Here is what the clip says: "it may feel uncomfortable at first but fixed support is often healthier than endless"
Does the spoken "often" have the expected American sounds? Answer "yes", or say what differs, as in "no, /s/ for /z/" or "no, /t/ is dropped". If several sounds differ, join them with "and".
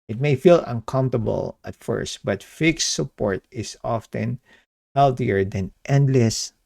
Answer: yes